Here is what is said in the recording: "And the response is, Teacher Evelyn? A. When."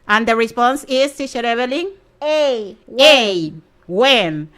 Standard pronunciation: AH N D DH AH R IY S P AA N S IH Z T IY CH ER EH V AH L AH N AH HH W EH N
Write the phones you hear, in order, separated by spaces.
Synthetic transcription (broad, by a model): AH N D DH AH R IY S P AA N S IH S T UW SH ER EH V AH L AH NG AH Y W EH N